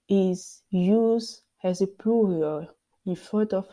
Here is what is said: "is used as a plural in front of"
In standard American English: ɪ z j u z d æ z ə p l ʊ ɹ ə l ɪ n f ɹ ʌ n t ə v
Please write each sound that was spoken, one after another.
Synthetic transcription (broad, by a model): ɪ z j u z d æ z ə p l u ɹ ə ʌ ɪ n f ʌ t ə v